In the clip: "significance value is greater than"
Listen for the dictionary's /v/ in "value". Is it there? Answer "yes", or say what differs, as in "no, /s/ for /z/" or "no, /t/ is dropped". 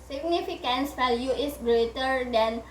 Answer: no, /f/ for /v/